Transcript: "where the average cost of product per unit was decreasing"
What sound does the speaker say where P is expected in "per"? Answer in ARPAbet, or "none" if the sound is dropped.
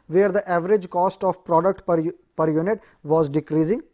P